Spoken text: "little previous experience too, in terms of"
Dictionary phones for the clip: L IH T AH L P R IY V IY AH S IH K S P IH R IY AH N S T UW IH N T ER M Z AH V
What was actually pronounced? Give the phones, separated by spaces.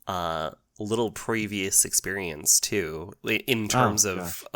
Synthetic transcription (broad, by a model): L IH T L P R IY V IY AH S IH K S P IH R IY AH N S T UW IH N T ER M Z AH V